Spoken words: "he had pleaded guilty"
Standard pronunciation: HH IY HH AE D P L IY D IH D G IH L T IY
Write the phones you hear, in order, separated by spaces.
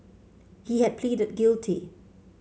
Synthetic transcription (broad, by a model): HH IY HH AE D P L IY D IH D G IH L T IY